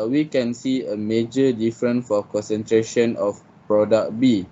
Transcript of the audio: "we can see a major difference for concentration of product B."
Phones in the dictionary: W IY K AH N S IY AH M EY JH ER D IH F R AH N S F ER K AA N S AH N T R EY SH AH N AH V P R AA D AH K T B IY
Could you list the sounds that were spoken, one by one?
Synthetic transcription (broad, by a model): W IY K AH N S IY AH M EY JH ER D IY F R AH N F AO K AA N S AH N T R EY SH AH N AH F P R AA D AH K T B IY